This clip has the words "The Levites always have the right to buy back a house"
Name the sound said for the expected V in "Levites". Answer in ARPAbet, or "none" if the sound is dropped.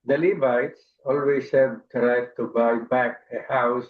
B